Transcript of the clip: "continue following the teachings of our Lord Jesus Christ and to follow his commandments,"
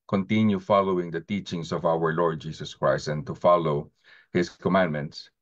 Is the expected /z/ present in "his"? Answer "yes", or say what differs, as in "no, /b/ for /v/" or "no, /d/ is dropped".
no, /s/ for /z/